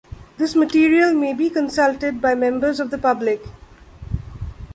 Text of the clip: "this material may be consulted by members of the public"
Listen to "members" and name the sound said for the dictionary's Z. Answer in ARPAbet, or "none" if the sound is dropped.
Z